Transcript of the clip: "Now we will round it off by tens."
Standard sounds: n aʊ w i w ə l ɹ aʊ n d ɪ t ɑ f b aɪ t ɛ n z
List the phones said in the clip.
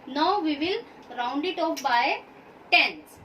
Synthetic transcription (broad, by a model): n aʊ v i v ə l ɹ aʊ n d ɪ t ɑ p b aɪ t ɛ n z